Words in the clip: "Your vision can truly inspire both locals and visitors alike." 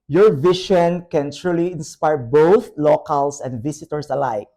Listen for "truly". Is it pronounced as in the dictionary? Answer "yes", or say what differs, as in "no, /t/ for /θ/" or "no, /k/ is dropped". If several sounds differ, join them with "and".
yes